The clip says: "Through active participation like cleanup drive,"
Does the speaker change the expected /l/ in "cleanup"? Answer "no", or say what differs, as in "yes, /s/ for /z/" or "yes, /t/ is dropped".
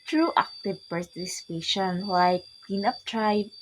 yes, /l/ is dropped